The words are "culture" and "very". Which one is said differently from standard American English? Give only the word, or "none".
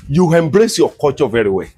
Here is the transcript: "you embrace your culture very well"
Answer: culture